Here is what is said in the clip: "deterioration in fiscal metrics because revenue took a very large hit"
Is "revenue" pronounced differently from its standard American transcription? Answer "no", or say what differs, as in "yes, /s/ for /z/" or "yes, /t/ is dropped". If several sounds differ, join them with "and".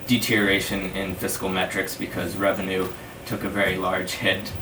no